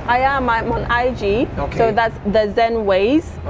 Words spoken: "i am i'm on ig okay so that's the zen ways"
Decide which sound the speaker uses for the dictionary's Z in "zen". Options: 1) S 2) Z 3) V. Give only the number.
2